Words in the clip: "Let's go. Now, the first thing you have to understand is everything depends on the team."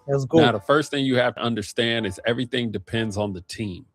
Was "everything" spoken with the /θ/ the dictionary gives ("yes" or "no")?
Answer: yes